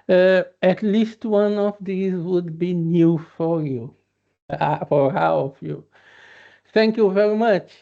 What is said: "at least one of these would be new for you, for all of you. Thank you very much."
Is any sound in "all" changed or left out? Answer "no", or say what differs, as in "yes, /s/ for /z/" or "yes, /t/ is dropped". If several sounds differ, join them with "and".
yes, /w/ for /l/